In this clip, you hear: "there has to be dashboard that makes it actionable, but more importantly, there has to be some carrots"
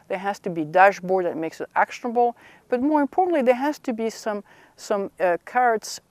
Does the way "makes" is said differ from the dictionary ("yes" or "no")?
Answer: no